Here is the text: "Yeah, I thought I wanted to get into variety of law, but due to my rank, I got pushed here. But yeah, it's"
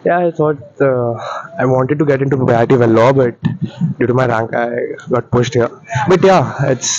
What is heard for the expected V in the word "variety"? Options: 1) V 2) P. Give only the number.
2